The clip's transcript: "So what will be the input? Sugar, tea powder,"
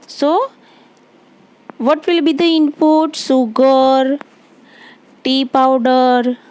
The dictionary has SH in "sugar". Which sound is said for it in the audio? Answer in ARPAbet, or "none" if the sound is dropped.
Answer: S